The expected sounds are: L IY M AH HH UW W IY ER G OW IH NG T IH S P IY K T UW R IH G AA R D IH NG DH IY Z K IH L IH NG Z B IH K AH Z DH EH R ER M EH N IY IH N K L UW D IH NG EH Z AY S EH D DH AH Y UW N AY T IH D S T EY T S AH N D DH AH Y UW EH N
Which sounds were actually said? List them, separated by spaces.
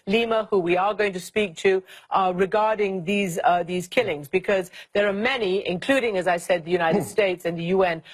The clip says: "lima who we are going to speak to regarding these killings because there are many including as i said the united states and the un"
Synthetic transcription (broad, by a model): L IY M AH HH UW W IY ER G OW IH NG T IH S P IY K T UW R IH G AA R D IH NG DH IY Z K IH L IH NG Z B IH K AH Z DH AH R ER M EH N IY IH N K L UW D IH NG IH Z AY S EH D DH AH Y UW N AY T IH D S T EY T S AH N DH AH Y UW EH N